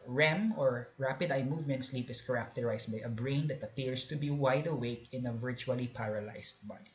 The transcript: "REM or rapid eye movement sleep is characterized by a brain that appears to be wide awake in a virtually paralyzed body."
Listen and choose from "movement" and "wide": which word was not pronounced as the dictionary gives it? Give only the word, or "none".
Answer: none